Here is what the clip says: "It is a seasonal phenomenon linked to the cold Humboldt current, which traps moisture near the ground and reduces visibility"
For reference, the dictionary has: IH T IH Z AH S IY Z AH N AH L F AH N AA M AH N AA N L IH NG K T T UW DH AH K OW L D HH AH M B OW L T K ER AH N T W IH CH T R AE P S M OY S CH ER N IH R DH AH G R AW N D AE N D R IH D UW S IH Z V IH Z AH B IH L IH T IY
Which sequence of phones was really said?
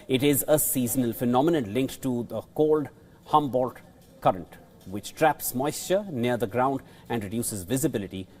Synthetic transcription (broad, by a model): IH T IH Z AH S IY Z AH N AH L F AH N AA M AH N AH N L IH NG K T T UW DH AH K OW L D HH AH M B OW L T K ER AH N T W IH CH T R AE P S M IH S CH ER N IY R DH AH G R AW N D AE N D R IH D UW S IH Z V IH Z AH B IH L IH T IY